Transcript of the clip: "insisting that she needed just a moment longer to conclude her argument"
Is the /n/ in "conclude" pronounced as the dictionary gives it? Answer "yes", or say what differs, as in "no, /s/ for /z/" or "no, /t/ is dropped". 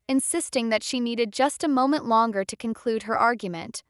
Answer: yes